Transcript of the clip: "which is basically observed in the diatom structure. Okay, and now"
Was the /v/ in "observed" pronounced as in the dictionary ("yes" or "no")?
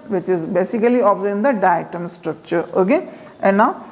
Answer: no